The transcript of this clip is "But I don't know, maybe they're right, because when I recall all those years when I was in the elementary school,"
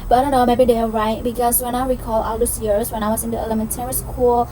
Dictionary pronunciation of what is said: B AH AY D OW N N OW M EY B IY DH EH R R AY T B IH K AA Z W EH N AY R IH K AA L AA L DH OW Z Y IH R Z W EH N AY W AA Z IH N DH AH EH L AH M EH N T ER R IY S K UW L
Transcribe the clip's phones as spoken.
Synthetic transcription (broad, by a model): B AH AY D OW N N OW M EY B IY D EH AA R AY T B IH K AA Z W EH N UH W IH K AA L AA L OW S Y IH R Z W EH N AY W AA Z IH N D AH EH L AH M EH N T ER R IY S K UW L